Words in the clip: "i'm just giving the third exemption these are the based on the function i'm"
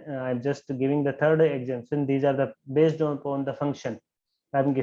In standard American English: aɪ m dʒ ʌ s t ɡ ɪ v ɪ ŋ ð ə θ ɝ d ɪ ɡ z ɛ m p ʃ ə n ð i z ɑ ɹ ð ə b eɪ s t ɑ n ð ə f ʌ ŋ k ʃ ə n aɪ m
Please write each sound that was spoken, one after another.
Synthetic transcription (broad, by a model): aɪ m dʒ ʌ s t ɡ ɪ v ɪ ŋ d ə t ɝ d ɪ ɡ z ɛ m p s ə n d i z ɑ ɹ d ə b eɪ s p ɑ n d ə f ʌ ŋ k ʃ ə n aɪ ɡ